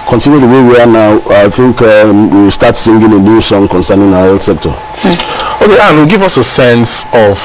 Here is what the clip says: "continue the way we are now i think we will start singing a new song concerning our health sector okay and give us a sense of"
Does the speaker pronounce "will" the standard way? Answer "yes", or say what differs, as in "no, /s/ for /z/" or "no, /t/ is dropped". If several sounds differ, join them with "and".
no, /w/ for /l/